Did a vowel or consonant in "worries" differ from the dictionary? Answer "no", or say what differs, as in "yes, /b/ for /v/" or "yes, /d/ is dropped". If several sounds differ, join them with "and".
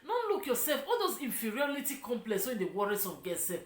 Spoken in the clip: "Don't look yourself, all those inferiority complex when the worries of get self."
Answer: yes, /s/ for /z/